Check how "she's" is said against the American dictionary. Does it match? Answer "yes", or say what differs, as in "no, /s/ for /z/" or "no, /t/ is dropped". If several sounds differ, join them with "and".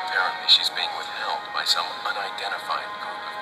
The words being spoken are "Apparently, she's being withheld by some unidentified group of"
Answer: yes